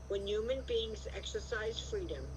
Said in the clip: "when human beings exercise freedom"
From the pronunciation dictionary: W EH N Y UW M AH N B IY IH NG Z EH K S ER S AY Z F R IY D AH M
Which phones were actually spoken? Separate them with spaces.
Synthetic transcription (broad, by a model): W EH N Y UW M AH N B IY IH NG Z EH K S ER S AY Z F R IY D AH M